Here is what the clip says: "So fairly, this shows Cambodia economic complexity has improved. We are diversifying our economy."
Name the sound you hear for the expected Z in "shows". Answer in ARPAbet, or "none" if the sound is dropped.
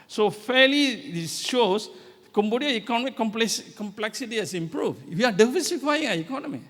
S